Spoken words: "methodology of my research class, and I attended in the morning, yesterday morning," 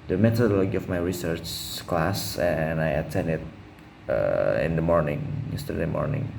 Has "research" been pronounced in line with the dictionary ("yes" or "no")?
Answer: yes